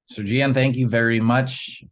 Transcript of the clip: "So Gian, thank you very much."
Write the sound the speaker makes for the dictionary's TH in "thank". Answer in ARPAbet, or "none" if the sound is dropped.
TH